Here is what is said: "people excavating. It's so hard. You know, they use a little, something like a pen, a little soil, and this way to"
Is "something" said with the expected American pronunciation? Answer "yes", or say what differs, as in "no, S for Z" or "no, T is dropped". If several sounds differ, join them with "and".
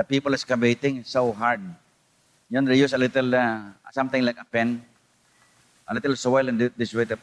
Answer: no, T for TH